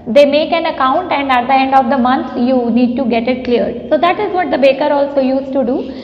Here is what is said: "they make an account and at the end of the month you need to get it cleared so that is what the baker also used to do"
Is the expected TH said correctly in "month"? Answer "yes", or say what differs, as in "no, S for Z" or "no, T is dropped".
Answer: no, T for TH